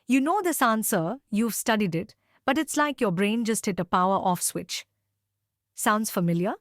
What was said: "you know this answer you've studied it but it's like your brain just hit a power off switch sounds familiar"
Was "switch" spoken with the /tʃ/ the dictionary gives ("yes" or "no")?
yes